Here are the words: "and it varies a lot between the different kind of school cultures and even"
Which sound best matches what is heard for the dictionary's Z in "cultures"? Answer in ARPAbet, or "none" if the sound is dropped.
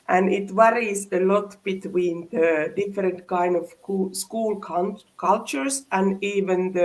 S